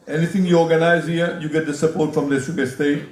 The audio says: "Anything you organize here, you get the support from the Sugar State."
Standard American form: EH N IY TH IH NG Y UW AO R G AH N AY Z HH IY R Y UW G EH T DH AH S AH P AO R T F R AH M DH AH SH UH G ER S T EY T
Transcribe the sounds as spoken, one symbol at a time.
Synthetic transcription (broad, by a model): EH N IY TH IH NG Y UW AO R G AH N AY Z HH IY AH Y UW G EH T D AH S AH P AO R T F R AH M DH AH S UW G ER S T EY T